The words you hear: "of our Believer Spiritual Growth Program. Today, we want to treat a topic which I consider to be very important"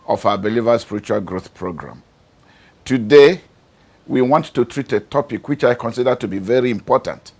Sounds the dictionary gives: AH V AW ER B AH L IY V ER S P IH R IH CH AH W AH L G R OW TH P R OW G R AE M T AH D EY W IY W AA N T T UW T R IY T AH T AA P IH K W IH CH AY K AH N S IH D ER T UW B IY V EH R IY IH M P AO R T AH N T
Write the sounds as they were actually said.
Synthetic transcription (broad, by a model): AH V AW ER B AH L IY V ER S P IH R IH CH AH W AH L G R OW TH P R OW G R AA M T AH D EY W IY W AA N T T UW T R IY T AH T AA P IH K W IH CH AY K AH N S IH D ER T UW B IY V EH R IY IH M P AO T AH N T